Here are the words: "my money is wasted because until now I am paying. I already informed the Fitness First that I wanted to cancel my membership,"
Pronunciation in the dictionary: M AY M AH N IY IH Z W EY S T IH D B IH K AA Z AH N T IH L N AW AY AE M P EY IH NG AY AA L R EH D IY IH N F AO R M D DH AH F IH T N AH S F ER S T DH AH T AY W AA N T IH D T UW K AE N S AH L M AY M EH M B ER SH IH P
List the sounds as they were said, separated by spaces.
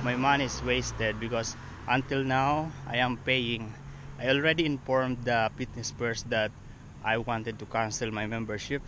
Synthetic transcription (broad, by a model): M AY M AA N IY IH S W EY S T IH D B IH K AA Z AH N T IH L N AW AY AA M P EY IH NG AY AA L R EH D IY IH N F AO R M D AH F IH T N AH S P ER S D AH T AY W AA N T IH D T UW K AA N S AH L M AY M EH M B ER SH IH P